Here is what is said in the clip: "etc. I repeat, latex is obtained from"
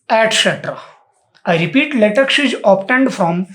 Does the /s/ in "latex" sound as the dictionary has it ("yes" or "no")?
no